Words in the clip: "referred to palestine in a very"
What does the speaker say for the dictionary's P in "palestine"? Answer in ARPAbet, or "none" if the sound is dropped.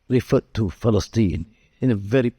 F